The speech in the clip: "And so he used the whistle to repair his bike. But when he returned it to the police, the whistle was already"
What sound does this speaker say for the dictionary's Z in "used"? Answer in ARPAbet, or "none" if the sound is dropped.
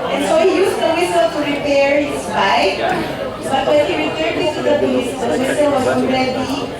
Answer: S